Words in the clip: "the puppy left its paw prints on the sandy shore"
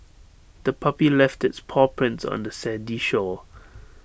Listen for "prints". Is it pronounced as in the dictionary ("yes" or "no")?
yes